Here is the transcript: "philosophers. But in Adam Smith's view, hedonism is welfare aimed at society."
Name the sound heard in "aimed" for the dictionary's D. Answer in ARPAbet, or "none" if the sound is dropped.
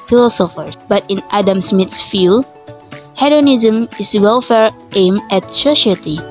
none